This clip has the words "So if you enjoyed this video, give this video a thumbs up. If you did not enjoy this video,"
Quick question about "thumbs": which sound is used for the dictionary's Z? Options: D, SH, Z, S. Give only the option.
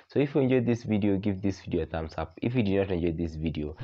S